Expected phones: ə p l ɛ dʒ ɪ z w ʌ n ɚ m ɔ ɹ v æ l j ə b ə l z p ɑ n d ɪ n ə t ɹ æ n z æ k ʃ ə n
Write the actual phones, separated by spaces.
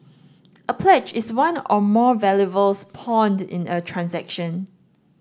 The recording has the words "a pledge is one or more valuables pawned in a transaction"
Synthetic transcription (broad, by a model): ə p l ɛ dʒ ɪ s w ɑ n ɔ m ɔ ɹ v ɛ l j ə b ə l s p ɑ n d ɪ n ə t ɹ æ n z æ k ʃ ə n